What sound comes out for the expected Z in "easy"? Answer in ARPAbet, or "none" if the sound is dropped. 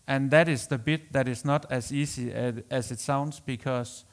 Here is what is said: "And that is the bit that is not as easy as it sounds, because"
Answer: S